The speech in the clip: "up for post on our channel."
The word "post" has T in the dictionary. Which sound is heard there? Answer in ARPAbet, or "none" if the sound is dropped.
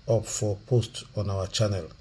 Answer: T